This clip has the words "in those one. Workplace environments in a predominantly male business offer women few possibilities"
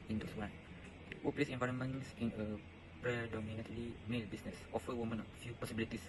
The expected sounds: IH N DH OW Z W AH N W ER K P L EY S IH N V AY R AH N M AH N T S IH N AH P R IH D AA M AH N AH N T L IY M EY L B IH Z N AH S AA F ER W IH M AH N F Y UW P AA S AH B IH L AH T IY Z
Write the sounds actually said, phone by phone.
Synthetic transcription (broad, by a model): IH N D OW S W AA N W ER P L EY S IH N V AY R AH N M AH N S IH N AH P R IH D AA M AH N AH T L IY M EY L B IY S N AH S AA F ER W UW M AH N F Y UW P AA S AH B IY L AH T IY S